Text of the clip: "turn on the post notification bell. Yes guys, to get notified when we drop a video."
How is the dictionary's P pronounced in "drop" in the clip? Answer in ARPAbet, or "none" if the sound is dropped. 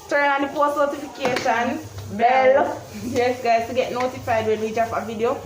F